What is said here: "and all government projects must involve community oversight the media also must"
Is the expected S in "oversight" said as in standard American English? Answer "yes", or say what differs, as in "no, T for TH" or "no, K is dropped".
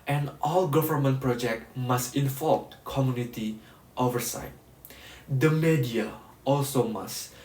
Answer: yes